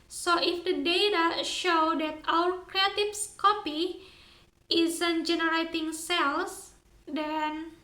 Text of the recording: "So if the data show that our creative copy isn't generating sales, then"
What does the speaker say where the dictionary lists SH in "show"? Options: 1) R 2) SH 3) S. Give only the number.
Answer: 2